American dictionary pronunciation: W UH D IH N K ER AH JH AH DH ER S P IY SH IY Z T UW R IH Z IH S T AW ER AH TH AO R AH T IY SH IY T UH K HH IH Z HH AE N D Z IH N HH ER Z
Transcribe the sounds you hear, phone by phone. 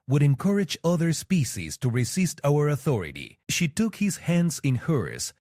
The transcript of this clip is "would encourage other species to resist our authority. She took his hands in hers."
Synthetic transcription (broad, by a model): W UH D IH N K ER AH JH AH DH ER S P IY SH IY Z T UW R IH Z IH S T AW ER AH TH AO R AH T IY SH IY T UH K HH IH Z HH AE N D Z IH N HH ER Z